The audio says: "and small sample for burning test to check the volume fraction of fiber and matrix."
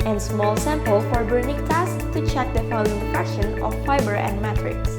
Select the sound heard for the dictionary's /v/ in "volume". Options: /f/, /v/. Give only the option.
/f/